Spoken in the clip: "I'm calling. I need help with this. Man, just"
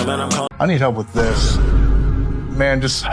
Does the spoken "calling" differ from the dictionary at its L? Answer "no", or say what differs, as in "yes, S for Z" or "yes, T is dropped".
yes, L is dropped